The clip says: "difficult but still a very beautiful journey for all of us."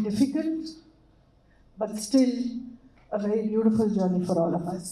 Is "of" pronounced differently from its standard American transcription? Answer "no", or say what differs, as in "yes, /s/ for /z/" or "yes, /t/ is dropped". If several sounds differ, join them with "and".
yes, /p/ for /v/